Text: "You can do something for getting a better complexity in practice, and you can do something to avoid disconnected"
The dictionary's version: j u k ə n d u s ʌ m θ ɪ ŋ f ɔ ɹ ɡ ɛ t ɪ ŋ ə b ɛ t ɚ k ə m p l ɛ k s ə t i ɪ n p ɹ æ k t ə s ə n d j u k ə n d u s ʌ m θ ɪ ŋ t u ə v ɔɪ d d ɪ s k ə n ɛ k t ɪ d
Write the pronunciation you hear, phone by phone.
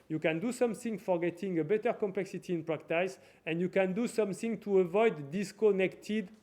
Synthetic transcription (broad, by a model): j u k ə n d u s ʌ m θ ɪ ŋ f ɔ ɹ ɡ ɛ t ɪ ŋ ə b ɛ t ɚ k ə m p l ɛ k s ə t i ɪ n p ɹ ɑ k t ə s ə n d j u k ə n d u s ʌ m θ ɪ ŋ t u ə v ɔɪ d d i s k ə n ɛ k t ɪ d